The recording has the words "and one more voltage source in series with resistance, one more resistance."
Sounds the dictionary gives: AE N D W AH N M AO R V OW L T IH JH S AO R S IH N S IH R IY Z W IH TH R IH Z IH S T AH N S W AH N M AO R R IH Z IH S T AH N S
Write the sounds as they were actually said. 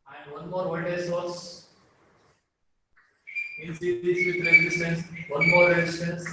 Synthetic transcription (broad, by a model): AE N D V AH N M AO R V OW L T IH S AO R S IH N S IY IY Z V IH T R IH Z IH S T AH N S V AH N M AO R R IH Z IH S T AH N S